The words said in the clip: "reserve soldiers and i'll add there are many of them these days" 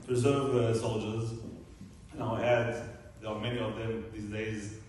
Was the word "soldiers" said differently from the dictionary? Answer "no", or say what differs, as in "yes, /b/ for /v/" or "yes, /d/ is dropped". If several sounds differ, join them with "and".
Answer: no